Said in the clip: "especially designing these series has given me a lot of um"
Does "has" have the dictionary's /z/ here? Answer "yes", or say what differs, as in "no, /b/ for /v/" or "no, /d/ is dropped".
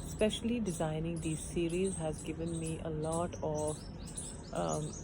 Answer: yes